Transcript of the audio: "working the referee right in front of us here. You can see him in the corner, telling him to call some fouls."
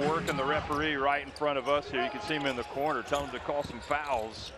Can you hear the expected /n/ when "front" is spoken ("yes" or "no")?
no